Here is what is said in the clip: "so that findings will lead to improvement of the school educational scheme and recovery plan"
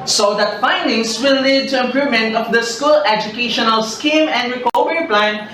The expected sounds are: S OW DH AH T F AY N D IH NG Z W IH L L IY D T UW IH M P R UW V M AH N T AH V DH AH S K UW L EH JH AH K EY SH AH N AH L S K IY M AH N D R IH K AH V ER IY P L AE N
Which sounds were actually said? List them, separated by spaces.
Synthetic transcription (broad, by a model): S OW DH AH T F AY N D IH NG S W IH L L IY D T UW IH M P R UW M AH N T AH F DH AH S K UW L EH JH AH K EY SH AH N AH L S K IY M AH N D R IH K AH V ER IY P L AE N